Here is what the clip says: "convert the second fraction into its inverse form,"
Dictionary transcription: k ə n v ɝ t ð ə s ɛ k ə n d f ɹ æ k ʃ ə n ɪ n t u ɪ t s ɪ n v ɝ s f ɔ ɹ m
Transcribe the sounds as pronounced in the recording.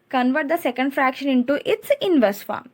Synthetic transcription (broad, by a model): k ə n v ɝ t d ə s ɛ k ə n d f ɹ æ k ʃ ə n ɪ n t u ɪ t s ɪ n v ɝ s f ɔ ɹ m